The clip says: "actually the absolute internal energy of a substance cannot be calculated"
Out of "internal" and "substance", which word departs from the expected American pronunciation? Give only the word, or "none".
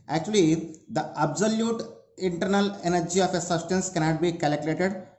none